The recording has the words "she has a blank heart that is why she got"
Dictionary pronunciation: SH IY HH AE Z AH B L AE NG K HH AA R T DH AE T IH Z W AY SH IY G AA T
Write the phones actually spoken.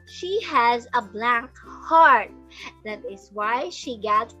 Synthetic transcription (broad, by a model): SH IY HH AE Z AH B L AE NG K HH AA R T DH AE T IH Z W AY SH IY G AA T